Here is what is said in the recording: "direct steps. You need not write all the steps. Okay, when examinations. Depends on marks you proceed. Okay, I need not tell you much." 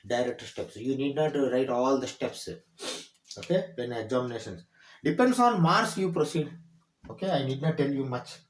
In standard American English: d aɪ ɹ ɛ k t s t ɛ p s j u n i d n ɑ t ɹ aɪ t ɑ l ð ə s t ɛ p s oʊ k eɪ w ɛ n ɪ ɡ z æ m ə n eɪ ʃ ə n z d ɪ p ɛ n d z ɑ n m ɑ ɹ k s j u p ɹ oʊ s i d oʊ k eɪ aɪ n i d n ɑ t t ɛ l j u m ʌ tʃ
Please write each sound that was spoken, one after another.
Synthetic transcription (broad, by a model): d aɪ ɹ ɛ k t s t ɛ p s j u n i d n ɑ t ɹ aɪ t ɑ l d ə s t ɛ p s oʊ k eɪ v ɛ n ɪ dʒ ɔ m n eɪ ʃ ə n s d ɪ p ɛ n d s ɑ n m ɑ ɹ s j u p ɹ oʊ s i d oʊ k eɪ aɪ n i d n ɑ t t ɛ l j u m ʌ tʃ